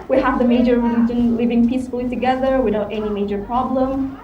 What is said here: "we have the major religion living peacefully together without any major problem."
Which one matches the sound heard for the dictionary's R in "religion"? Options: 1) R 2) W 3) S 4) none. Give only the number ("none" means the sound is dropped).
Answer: 2